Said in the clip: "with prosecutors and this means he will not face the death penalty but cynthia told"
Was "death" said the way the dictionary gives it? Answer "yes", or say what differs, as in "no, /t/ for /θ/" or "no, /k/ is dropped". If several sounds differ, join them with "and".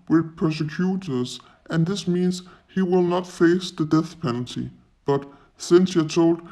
yes